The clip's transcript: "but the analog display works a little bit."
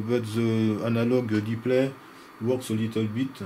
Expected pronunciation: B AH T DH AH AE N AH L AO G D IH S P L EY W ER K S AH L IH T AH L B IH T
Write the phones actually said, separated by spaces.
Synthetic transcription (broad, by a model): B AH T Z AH N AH L AO G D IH P L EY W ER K S AH L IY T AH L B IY T